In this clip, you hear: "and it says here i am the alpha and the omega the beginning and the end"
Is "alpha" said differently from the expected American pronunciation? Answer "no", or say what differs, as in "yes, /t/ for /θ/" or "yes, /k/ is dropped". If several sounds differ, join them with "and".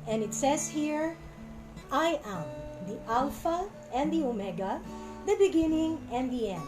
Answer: no